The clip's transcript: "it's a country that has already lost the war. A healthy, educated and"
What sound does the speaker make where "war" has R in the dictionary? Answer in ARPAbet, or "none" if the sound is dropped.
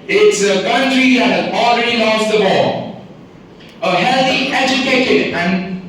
L